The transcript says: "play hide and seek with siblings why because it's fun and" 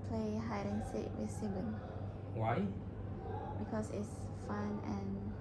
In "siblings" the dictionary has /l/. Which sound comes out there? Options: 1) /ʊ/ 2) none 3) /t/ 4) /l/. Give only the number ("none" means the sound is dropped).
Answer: 2